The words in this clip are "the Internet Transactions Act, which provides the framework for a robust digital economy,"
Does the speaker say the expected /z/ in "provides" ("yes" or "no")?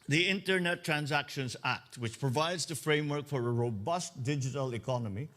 yes